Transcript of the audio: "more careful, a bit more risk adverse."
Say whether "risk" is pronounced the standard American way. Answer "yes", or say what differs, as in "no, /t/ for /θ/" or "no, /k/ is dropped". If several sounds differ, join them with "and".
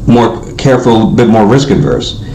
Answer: yes